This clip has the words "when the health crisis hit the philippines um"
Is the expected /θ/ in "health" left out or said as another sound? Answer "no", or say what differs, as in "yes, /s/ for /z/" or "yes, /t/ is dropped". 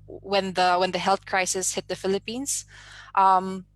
no